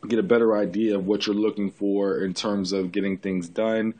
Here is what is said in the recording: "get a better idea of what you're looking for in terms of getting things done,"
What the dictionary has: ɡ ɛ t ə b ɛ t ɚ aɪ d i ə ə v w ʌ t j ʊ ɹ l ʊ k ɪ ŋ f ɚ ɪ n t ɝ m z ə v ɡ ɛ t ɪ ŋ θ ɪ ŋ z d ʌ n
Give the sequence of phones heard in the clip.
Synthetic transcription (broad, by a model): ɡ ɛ t ə b ɛ t ɚ aɪ d i ə ə v w ʌ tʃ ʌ ɹ l ʊ k ɪ ŋ f ɚ ɪ n t ɝ m z ə v ɡ ɛ t ɪ ŋ θ ɪ ŋ z d ʌ n